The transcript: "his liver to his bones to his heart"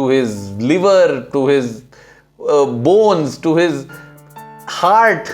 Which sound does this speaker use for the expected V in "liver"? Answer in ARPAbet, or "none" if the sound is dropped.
V